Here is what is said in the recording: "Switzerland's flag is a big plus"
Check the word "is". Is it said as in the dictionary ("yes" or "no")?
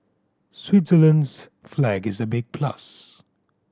yes